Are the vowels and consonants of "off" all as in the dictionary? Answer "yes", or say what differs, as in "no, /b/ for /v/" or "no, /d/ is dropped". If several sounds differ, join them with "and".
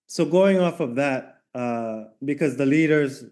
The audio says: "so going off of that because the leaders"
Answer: yes